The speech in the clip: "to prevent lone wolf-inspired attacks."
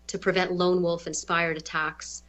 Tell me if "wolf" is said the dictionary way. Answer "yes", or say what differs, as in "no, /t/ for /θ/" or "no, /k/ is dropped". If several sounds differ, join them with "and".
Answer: yes